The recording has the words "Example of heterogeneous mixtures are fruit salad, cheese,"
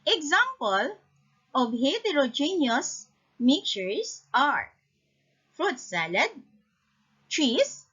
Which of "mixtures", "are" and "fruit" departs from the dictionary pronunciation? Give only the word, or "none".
mixtures